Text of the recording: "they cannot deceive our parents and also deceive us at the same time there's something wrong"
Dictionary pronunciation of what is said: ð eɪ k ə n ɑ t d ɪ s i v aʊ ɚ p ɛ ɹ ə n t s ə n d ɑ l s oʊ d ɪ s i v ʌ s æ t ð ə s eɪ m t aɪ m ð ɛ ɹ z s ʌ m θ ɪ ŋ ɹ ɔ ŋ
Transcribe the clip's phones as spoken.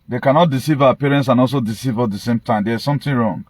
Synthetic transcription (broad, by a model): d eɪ k ə n ɑ t d ɪ s i v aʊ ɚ p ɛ ɹ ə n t s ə n ɑ l s oʊ d ɪ s i v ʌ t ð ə s eɪ m t aɪ m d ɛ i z s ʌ m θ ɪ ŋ ɹ ɔ ŋ